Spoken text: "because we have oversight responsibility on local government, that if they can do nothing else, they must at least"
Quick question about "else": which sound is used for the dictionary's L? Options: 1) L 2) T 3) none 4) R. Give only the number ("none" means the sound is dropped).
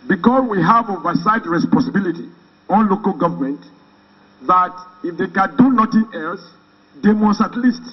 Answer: 1